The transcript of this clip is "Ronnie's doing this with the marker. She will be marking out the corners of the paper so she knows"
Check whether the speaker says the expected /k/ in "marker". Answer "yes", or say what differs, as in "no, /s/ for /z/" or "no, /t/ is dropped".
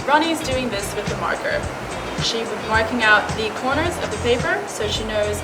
yes